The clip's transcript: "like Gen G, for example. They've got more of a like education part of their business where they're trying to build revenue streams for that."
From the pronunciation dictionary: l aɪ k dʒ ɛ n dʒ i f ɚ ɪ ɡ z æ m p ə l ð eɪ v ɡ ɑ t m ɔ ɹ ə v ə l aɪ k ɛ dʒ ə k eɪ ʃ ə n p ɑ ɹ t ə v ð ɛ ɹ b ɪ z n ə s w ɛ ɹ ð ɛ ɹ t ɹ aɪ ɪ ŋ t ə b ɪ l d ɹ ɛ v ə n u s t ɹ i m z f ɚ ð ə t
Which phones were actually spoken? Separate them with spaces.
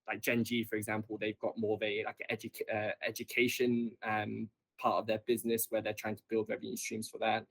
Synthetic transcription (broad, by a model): l aɪ k dʒ ɛ n dʒ i f ɚ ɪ ɡ z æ m p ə l ð eɪ v ɡ ɑ t m ɔ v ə ə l aɪ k ɛ dʒ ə k eɪ ʃ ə n p ɑ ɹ t ə v ð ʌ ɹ b ɪ z n ə s w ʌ ð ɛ t ɹ aɪ ɪ ŋ t ə b ɪ l d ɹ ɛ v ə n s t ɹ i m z f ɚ ð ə t